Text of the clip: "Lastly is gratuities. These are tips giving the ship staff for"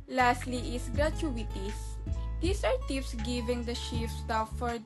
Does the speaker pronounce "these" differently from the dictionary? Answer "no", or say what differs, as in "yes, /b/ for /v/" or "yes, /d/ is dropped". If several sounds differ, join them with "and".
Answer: yes, /s/ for /z/